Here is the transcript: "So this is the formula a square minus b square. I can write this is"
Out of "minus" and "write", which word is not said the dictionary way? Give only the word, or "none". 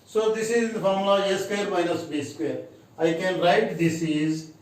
none